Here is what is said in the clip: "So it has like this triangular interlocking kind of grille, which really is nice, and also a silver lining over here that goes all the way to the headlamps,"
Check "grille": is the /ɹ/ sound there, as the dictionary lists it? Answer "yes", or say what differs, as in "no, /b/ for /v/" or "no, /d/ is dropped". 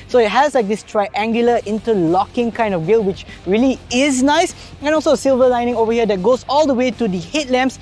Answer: no, /ɹ/ is dropped